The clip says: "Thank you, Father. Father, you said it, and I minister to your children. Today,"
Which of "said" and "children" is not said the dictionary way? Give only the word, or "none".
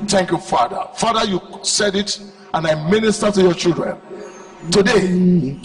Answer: none